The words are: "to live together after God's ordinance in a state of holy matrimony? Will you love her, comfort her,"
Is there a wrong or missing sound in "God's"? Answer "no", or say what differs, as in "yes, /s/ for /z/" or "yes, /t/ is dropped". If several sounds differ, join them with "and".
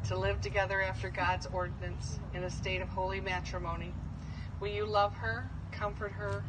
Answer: no